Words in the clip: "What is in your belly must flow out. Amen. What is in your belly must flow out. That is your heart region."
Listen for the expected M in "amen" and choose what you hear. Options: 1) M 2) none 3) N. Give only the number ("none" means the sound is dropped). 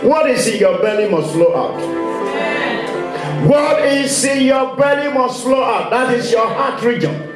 2